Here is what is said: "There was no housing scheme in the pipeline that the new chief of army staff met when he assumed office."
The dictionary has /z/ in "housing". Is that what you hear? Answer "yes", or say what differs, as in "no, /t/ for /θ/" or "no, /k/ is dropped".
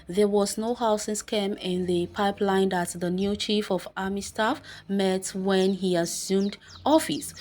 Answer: no, /s/ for /z/